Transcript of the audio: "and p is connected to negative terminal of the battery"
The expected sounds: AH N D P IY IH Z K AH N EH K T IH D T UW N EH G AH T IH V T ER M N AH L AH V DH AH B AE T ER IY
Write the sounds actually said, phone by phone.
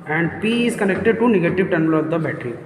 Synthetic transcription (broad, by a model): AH N D P IY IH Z K AH N EH K T IH D T UW N EH G AH T IH V T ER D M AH L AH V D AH B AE T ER IY